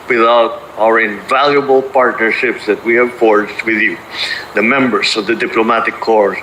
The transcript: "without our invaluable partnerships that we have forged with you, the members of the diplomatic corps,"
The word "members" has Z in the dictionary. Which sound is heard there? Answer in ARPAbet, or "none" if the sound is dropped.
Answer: S